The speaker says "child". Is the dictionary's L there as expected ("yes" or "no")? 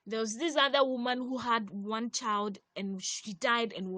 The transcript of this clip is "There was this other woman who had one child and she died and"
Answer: yes